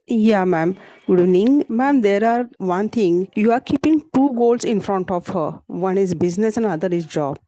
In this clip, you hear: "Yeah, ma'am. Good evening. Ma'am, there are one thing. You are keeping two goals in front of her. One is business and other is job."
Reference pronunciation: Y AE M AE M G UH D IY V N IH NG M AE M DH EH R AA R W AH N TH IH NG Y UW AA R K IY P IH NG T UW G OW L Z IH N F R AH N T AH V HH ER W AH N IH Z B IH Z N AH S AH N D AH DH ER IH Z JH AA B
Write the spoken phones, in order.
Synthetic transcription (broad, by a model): Y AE M AE M G UH D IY N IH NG M AE M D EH R AA R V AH N T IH NG Y UW AA R K IY P IH NG T UW G OW L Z IH N F R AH N T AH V HH ER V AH N IH Z B IH Z N AH S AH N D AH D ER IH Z JH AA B